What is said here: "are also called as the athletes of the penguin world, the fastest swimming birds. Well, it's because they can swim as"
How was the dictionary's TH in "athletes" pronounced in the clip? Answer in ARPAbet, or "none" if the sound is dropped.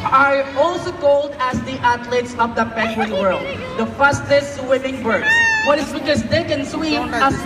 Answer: T